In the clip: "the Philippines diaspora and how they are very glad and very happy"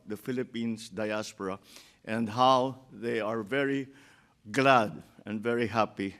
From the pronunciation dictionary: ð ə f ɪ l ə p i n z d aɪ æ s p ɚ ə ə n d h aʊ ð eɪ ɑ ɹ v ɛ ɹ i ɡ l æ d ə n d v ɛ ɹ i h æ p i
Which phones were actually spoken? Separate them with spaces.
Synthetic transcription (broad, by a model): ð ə f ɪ l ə p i n s d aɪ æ s p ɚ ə ə n d h aʊ ð eɪ ɑ ɹ v ɛ ɹ i ɡ l æ d ə n d v ɛ ɹ i h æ p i